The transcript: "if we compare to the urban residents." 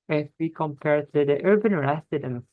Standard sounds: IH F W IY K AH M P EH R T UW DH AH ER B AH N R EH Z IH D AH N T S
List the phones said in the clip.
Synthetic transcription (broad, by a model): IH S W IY K AH M P EH R T UW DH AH ER B AH N R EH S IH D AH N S